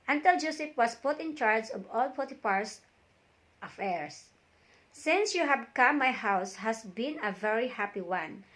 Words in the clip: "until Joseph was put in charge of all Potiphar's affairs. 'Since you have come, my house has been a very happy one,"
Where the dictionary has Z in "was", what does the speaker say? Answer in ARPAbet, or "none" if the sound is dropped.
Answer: S